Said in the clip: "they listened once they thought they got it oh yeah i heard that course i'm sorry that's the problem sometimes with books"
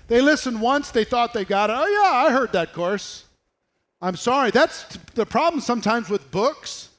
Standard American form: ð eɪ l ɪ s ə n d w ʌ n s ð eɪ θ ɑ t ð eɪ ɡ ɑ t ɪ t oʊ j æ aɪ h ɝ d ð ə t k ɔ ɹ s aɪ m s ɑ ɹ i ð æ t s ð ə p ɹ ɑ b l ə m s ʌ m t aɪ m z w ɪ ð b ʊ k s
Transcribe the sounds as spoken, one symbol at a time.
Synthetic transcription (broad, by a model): ð eɪ l ɪ s ə n d w ʌ n s ð eɪ θ ɑ t ð eɪ ɡ ɑ t ɪ t oʊ j æ aɪ h ɝ d ð ə t k ɔ ɹ s aɪ m s ɑ ɹ i ð æ t s ð ə p ɹ ɑ b l ə m s ʌ m t aɪ m z w ɪ ð b ʊ k s